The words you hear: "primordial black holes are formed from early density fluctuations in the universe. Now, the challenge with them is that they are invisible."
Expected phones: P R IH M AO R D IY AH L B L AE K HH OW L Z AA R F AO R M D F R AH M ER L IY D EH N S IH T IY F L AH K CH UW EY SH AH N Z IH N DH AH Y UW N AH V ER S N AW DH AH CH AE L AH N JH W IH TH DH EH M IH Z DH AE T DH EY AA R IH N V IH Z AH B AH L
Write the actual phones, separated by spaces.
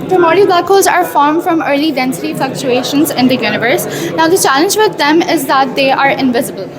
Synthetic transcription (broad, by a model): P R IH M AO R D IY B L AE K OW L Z AA R F AO R M D F R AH M ER L IY D EH N S IH T IY F L AH K CH UW EY SH AH N Z IH N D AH Y UW N AH V ER S N AW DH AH CH AE L AH N JH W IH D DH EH M IH Z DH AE T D EY AA R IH N V IH Z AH B AH L